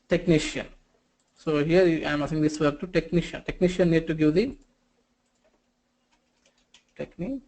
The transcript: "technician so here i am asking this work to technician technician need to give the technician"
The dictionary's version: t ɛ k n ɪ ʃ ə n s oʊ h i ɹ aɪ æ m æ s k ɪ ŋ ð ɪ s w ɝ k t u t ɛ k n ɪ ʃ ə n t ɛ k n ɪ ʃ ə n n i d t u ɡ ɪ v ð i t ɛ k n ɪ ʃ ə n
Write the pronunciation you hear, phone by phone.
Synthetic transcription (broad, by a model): t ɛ k n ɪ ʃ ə n s oʊ h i ɹ aɪ m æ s ɪ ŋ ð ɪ s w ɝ t u t ɛ k n ɪ ʃ ə n t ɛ k n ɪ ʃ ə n n i d t u ɡ ɪ v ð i t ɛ k n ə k